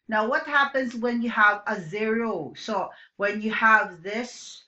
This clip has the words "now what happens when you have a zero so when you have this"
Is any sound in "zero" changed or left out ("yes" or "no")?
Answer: no